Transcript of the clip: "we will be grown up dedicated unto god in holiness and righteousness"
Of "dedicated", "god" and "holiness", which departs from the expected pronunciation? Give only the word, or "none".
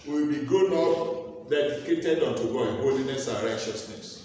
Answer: god